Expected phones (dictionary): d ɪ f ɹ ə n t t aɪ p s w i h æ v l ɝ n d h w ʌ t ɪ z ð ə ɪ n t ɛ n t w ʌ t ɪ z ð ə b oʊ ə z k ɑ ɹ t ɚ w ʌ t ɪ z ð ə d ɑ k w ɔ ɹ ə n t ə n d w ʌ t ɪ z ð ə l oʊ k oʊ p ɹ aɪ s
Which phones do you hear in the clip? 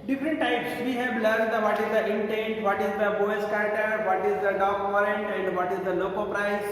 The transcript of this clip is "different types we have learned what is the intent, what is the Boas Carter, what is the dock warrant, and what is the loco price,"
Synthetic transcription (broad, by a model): d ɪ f ɹ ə n t t aɪ p s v i h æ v l ɝ n d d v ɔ t ɪ z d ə ɪ n t ɛ n t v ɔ t ɪ z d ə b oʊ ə s k ɑ ɹ t ɚ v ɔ t ɪ z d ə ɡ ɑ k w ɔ ɹ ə n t ə n d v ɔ t ɪ z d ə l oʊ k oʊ p ɹ aɪ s